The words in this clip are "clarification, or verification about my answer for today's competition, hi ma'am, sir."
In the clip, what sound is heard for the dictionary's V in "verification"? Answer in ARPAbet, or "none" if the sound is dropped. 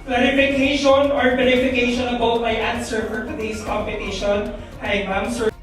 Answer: B